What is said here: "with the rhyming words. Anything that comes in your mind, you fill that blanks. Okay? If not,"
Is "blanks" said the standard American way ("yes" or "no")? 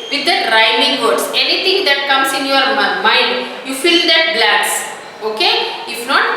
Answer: no